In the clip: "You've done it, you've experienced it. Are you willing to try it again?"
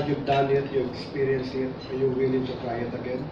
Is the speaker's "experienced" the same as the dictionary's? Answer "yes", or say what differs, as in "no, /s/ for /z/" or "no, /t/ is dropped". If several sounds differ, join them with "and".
no, /t/ is dropped